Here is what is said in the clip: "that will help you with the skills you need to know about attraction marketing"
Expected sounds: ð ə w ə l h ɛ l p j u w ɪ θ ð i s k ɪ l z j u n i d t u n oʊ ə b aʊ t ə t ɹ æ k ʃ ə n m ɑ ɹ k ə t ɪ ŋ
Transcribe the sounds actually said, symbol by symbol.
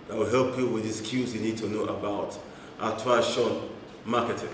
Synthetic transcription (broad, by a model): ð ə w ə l h ɛ l p j u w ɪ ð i s k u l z j u n i d t u n oʊ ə b aʊ t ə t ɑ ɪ ʃ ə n m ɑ k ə t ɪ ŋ